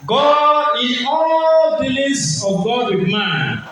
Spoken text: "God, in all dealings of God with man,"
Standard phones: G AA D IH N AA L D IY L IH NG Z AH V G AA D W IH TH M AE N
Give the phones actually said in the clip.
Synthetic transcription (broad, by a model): G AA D IH N AA L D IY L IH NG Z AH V G AA D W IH M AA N